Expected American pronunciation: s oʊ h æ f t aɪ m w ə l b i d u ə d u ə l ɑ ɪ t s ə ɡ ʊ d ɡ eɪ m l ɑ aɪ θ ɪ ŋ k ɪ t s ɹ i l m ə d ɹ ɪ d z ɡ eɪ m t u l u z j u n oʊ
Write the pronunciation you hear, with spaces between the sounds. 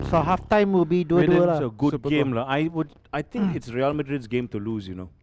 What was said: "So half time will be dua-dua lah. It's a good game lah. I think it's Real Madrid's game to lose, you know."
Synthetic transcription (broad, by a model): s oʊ h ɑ f t aɪ m w ə l b i d u ə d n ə l ɑ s ə ɡ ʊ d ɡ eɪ m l ɑ aɪ t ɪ ŋ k ɪ t s ɹ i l m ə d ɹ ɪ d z ɡ eɪ m t u l u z j u n oʊ